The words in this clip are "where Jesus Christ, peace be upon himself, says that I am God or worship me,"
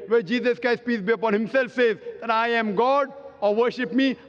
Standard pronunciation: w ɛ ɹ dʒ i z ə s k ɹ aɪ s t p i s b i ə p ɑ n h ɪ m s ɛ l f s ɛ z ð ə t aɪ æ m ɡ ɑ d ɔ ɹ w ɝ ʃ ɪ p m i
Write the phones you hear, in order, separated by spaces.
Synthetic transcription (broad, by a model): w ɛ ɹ dʒ i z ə s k aɪ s p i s b i ə p ɑ n h ɪ m s ɛ l f s ɛ z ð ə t aɪ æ m ɡ ɑ d ɔ ɹ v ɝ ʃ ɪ p m i